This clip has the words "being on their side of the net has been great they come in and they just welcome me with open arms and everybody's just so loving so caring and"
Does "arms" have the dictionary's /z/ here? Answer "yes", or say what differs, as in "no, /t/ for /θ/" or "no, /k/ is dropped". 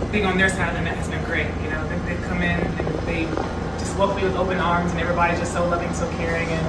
yes